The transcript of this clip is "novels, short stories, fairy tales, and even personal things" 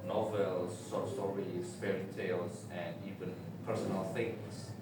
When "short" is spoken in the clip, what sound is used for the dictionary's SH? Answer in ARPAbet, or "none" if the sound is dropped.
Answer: S